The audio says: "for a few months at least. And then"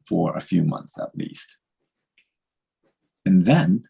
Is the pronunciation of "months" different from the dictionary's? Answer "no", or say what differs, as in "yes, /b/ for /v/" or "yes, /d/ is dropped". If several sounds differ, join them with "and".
no